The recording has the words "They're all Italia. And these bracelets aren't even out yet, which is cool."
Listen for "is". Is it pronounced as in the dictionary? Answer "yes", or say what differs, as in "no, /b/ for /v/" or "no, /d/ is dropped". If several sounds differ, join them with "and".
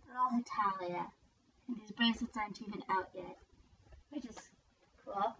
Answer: no, /s/ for /z/